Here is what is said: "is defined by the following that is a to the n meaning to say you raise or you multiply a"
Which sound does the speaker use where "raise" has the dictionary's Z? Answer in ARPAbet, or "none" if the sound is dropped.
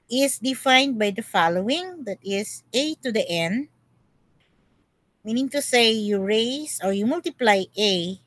S